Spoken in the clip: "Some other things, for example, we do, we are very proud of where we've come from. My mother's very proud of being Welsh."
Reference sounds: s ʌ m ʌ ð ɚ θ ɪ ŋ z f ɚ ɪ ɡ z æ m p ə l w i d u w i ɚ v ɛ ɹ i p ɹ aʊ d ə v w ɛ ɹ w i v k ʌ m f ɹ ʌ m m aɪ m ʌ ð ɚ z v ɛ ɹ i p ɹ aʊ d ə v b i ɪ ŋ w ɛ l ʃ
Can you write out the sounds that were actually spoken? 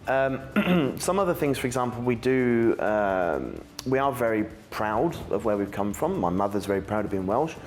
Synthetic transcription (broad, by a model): s ʌ m ʌ ð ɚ θ ɪ ŋ z f ɚ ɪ ɡ z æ m p l w i d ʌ w i ɚ v ɛ ɹ i p ɹ aʊ d ə v w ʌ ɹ w i v k ʌ m f ɹ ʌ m m aɪ m ʌ ð ɚ z v ɛ ɹ i p ɹ aʊ d ə v b i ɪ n w ɛ l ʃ